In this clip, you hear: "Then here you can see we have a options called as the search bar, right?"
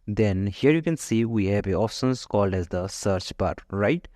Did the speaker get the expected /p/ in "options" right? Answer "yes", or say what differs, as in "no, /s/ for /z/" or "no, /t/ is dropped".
no, /f/ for /p/